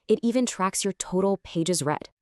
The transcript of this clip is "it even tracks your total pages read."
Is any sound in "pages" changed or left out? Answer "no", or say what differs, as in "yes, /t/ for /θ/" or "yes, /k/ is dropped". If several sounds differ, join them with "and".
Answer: no